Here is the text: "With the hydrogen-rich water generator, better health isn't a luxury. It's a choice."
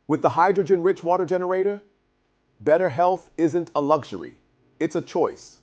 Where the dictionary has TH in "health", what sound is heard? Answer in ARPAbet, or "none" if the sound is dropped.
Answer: TH